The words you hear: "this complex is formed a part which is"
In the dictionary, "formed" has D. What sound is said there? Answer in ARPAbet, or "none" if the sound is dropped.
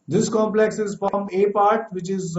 none